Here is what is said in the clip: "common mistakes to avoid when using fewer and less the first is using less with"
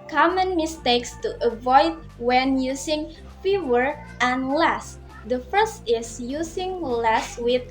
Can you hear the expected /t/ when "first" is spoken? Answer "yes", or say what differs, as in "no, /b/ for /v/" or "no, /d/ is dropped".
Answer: yes